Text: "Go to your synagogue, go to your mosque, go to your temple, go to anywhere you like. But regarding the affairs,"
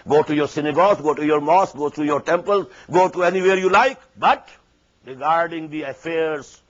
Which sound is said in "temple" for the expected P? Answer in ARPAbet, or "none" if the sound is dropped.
P